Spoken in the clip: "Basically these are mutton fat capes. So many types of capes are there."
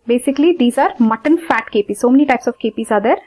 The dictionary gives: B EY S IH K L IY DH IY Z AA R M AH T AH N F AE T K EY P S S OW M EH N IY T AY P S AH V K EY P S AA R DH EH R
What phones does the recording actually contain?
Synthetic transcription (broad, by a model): B EY S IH K L IY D IY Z AA R M AH T AH N F AE T K EY P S S OW M EH N IY T AY P S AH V K EY P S AA R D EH R